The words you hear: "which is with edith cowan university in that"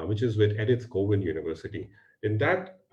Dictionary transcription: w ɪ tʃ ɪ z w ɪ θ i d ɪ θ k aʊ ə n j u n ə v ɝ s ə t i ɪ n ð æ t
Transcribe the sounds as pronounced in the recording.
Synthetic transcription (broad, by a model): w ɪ tʃ ɪ z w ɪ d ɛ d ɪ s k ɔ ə n j u n ə v ɝ s ə t i ɪ n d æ t